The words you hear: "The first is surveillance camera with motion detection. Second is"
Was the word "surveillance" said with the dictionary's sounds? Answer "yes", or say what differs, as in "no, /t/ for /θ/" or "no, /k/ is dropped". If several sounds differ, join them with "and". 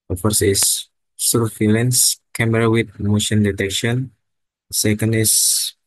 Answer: no, /f/ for /v/